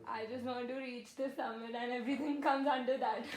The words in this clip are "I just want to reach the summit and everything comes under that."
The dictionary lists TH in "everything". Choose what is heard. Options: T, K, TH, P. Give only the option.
T